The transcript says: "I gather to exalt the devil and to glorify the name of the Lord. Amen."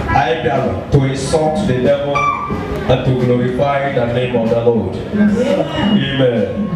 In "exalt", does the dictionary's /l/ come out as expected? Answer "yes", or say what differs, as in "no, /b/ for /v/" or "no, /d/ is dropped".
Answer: no, /l/ is dropped